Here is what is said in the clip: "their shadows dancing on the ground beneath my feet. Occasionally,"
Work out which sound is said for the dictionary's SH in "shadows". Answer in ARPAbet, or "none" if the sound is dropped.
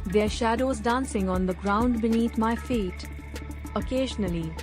SH